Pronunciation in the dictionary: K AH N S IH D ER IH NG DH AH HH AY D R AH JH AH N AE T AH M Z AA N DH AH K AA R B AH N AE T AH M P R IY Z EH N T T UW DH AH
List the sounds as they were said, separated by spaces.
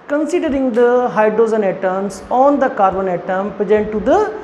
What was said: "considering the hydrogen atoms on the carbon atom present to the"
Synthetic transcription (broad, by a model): K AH N S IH D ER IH NG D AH HH AY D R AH Z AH N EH T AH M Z AA N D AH K AA R B AH N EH T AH M P R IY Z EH N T T UW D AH